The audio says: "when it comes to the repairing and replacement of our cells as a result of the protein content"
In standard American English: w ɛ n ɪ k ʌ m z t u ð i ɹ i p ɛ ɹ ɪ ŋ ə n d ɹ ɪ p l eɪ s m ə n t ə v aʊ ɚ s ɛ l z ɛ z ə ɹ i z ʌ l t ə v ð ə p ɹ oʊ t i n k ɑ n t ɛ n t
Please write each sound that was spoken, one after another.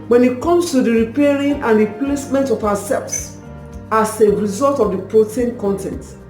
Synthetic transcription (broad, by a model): w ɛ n ɪ k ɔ m s t u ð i ɹ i p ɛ ɹ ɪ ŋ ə n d ɹ ɪ p l eɪ s m ə n t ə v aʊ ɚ s ɛ l s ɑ s ə ɹ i z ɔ l t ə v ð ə p ɹ oʊ t i n k ɑ n t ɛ n t